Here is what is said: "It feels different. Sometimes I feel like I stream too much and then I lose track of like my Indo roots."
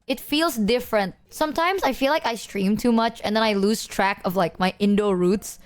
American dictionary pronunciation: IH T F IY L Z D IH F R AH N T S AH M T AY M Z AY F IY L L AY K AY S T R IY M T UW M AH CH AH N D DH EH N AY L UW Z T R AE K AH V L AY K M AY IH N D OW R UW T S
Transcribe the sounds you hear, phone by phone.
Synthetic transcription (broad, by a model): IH T F IY L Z D IH F R AH N T S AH M T AY M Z AY F IY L L AY K AY S T R IY M T UW M AH CH AH N D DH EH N AY L UW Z T R AE K AH V L AY K M AY IH N D OW R UW T S